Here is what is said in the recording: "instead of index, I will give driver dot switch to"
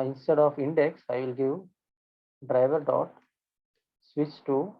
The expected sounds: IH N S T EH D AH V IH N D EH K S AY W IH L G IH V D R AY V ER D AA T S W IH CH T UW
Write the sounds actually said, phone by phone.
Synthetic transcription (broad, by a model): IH N S T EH D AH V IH N D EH K S AY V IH L G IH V D R AY V ER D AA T S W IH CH T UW